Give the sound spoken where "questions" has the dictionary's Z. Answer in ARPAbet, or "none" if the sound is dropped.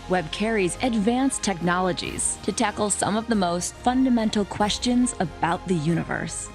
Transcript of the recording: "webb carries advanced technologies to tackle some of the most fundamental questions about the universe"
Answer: Z